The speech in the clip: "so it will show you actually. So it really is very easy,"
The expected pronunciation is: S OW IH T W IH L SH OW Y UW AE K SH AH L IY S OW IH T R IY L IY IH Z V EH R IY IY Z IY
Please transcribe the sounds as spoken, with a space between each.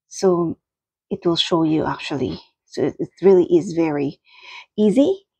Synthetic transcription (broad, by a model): S OW IH T W IH L SH OW Y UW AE K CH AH L IY S OW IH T R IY L IY IH Z V EH R IY IY Z IY